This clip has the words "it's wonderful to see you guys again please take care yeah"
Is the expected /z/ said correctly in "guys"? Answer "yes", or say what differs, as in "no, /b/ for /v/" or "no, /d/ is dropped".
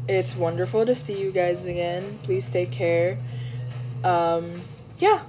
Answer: yes